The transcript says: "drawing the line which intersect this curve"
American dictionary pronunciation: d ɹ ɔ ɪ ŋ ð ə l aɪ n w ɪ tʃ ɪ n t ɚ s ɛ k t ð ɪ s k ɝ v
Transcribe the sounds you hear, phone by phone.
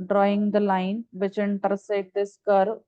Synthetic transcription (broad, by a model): d ɹ ɔ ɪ ŋ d ə l aɪ n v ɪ tʃ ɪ n t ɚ s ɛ t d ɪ s k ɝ